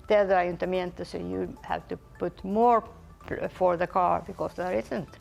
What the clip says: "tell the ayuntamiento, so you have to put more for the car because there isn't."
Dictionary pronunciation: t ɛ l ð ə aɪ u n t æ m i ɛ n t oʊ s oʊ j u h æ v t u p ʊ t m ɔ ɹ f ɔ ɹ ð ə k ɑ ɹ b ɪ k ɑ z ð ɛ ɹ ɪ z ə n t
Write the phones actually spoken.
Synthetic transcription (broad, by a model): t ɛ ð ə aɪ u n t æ m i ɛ n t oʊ s oʊ j u h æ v t u p ʊ t m ɔ ɹ f ɔ ɹ ð ə k ɑ ɹ b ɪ k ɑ s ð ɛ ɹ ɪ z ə n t